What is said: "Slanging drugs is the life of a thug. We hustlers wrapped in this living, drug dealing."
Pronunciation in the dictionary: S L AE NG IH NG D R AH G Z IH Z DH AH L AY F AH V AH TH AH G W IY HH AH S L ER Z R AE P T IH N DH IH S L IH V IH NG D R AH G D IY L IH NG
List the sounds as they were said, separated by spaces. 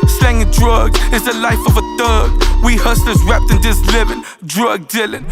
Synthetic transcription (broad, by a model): S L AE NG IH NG D R AH G Z IH Z DH AH L AY F AH V AH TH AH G W IY HH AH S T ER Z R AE P T IH N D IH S L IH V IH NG D R AH G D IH L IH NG